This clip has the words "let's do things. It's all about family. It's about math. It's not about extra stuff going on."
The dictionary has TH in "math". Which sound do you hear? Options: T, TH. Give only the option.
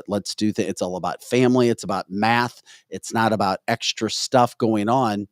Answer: TH